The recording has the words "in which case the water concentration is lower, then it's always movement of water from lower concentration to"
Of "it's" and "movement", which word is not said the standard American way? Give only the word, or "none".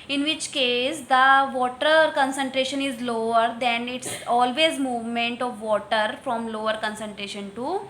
none